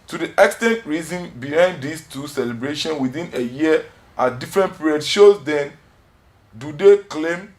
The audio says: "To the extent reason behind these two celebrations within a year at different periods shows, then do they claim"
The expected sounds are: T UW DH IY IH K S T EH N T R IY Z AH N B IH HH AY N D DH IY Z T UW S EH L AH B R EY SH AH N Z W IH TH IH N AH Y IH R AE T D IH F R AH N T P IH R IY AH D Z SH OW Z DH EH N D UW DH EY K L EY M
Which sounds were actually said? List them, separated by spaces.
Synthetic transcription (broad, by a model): T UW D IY IH K S T EH N T R IY Z AH N B IH HH AY N D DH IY S T UW S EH L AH B R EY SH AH N W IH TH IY N AH Y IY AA D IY F R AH N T P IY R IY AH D SH OW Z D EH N D UW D EY K L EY M